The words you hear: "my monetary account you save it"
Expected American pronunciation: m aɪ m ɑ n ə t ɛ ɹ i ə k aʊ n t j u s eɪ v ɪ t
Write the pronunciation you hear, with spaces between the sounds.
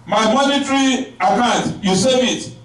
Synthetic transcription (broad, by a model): m aɪ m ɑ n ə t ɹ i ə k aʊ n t j u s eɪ ɪ t